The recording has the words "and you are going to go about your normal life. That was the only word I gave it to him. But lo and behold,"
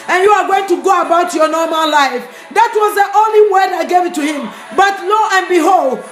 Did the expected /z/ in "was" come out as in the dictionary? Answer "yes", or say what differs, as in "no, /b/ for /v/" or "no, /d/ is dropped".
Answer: yes